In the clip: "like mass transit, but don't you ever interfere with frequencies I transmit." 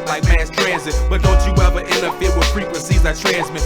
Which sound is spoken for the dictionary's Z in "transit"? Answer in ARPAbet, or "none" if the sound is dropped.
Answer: Z